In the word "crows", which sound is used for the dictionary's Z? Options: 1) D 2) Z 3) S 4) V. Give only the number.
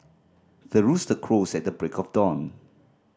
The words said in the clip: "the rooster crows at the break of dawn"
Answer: 3